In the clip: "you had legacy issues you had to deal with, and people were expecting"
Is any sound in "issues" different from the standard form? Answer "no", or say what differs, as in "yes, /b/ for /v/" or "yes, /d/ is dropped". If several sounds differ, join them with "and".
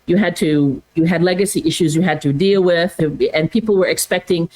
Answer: no